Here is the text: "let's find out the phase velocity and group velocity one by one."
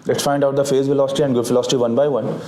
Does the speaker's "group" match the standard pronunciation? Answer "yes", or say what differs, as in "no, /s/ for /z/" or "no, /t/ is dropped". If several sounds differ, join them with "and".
no, /ɹ/ is dropped